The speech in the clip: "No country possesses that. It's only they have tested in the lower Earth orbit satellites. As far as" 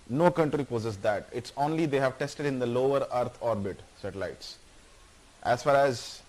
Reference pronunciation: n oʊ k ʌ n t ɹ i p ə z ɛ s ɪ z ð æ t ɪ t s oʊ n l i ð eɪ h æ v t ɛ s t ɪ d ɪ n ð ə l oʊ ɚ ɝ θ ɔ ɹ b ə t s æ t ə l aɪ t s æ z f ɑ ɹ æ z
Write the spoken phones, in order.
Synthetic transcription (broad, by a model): n oʊ k ʌ n t ɹ i p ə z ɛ s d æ t ɪ t s oʊ n l i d eɪ h æ v t ɛ s t ɪ d ɪ n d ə l oʊ ɚ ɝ t ɔ ɹ b ə t s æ t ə l aɪ t s æ z f ɑ ɹ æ z